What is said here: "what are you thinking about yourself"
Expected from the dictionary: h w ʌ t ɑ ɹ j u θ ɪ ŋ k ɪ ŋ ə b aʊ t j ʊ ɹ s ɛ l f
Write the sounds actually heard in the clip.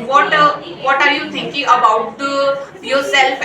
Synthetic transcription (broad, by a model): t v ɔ t ɑ ɹ j u t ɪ ŋ k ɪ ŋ ə b aʊ t j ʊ ɹ s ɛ l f